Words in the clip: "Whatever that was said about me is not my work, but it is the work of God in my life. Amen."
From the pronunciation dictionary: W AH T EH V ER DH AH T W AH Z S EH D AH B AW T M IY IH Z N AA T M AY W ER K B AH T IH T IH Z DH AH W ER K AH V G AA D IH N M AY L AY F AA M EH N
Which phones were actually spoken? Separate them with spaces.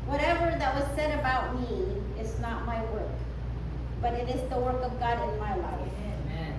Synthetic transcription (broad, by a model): W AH T EH V ER DH AH T W AH Z S EH D AH B AW T M IY IH Z N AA T M AY W ER K B AH T IH T IH Z DH AH W ER K AH V G AA D IH N M AY L AY F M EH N